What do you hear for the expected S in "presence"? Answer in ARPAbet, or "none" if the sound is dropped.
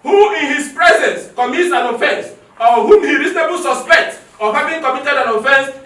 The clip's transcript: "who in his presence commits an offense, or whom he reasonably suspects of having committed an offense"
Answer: S